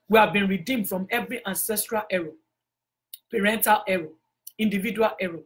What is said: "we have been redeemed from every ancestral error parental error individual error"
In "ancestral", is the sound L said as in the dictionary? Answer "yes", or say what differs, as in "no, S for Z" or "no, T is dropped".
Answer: yes